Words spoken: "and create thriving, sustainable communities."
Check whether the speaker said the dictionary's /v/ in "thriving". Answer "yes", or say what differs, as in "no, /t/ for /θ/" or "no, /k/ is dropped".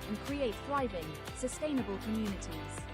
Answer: yes